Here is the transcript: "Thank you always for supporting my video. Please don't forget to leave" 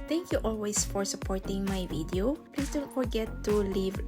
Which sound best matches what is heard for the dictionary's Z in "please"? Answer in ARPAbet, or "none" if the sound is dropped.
S